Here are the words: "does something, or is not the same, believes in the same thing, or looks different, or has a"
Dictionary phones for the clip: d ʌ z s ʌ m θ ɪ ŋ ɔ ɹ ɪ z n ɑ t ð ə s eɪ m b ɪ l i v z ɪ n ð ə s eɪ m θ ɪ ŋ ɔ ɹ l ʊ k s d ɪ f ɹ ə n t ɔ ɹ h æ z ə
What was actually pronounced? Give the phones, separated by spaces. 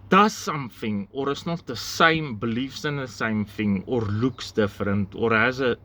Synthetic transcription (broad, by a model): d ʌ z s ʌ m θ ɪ ŋ ɔ ɹ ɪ s n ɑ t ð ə s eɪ m b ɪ l i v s ɪ n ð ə s eɪ m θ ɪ ŋ ɔ ɹ l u k s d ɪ f ɹ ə n t ɔ ɹ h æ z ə